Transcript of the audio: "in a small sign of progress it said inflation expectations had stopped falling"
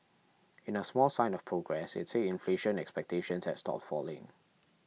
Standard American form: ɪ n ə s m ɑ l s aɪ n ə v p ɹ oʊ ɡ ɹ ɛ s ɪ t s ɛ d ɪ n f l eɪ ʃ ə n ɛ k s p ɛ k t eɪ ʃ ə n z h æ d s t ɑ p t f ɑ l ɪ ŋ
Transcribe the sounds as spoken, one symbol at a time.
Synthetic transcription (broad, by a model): ɪ n ə s m ɑ l s aɪ n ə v p ɹ oʊ ɡ ɹ ɛ s ɪ t s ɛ ɪ n f l eɪ ʃ ə n ɛ k s p ɛ k t eɪ ʃ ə n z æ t s t ɑ p t f ɑ l ɪ ŋ